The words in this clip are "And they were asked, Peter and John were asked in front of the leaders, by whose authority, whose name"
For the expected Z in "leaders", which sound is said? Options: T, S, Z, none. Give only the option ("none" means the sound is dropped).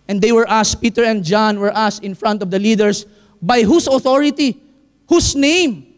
S